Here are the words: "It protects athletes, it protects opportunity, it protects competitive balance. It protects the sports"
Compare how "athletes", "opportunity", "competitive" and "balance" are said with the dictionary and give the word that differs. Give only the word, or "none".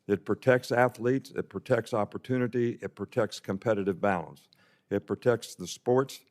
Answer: none